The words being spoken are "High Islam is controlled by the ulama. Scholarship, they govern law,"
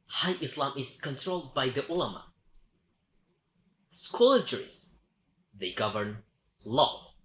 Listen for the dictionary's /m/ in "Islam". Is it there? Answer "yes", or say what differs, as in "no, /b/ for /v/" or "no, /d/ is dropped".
yes